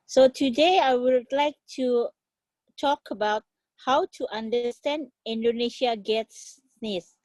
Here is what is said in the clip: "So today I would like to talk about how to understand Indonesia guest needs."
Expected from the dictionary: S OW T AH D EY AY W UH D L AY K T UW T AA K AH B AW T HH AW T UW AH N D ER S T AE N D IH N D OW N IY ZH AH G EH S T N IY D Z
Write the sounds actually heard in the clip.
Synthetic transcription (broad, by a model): S OW T AH D EY AY W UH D L AY K T UW T AA K AH B AW T HH AW T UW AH N D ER S T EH N D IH N D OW N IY SH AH G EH T N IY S